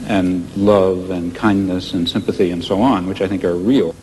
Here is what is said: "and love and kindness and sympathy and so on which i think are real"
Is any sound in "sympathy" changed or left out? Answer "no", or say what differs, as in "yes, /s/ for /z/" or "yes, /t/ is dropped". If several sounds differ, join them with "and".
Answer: no